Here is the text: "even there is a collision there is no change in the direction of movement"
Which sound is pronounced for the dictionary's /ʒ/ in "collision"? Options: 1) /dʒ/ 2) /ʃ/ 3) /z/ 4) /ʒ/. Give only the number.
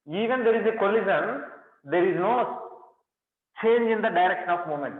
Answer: 3